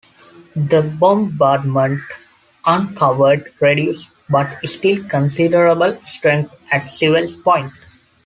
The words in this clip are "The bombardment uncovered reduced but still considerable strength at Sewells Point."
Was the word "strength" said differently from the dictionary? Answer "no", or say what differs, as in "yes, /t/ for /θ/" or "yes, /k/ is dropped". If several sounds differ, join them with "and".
yes, /t/ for /θ/